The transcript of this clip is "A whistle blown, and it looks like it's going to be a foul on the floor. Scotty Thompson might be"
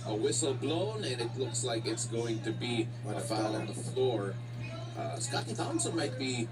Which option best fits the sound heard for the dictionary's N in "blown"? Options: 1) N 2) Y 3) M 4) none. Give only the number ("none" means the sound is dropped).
1